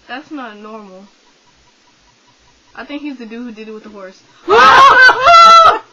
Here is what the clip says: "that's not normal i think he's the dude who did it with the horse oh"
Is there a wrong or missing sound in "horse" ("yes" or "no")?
no